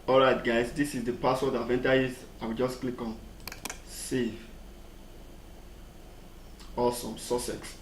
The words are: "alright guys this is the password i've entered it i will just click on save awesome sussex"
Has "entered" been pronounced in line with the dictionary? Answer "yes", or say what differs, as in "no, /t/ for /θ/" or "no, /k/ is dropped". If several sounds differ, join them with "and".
no, /d/ is dropped